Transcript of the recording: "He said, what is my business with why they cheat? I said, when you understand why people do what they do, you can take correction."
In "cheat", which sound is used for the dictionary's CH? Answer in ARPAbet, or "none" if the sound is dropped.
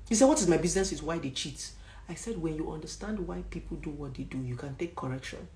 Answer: CH